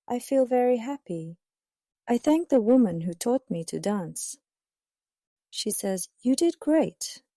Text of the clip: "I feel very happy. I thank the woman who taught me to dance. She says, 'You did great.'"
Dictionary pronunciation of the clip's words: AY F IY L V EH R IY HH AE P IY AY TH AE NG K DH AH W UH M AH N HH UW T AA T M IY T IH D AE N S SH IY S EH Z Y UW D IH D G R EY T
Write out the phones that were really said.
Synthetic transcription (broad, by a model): AY F IY L V EH R IY HH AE P IY AY TH AE NG K DH AH W UH M AH N HH UW T AA T M IY T IH D AE N S SH IY S EH Z Y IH D IH D G R EY T